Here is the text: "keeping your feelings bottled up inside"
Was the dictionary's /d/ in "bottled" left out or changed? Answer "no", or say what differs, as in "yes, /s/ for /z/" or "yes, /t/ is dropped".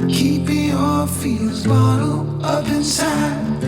yes, /d/ is dropped